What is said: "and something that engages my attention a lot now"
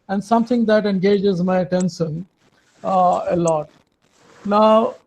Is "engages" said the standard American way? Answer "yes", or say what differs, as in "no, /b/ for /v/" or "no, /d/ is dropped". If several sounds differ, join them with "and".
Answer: yes